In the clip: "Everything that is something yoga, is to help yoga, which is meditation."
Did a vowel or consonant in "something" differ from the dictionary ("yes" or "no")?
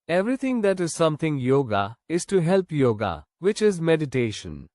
yes